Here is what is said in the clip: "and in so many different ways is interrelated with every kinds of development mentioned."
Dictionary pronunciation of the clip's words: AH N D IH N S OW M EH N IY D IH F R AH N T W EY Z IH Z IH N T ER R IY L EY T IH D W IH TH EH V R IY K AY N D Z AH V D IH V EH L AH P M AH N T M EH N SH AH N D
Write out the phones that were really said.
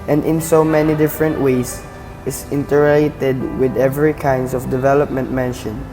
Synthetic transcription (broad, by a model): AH N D IH N S OW M EH N IY D IH F R AH N T W EY S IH S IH N T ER R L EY T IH D W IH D EH V R IY K AY N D S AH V D IH V EH L AH P M AH N T M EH N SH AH N